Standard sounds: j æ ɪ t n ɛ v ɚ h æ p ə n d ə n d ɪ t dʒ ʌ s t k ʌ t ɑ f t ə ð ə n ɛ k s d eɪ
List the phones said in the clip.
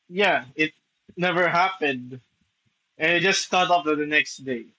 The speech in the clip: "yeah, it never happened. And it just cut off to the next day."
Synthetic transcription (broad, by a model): j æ ɪ t n ɛ v ɚ h æ p ə n d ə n ɪ t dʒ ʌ s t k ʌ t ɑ p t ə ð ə n ɛ k s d eɪ